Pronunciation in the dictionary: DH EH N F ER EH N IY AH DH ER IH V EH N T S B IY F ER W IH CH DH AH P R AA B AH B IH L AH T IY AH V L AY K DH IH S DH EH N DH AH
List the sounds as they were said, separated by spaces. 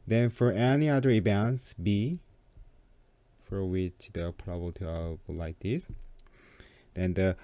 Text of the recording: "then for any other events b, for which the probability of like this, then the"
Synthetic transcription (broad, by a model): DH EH N F ER EH N IY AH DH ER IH B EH N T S B IY F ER W IH CH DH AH P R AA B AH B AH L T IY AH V L AY K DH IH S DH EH N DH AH